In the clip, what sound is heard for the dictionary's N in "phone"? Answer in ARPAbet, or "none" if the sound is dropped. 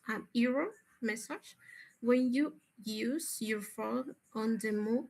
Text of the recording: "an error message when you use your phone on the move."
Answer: none